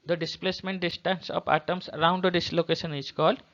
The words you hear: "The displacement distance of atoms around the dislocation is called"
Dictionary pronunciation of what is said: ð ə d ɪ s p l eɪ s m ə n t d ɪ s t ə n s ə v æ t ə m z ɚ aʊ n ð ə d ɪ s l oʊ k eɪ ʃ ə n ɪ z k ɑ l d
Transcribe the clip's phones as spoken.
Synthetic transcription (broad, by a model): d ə d ɪ s p l eɪ s m ə n t d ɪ s t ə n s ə p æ t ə m s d aʊ n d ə d ɪ s l oʊ k eɪ ʃ ə n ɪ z k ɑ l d